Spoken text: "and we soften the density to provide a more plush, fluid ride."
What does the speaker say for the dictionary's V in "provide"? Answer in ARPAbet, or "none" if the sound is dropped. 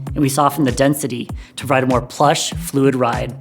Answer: none